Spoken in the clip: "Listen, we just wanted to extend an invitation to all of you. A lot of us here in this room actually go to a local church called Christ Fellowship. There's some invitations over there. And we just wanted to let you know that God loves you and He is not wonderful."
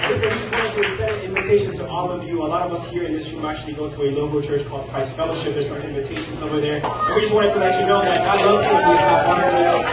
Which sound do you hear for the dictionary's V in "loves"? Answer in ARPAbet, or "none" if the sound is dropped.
none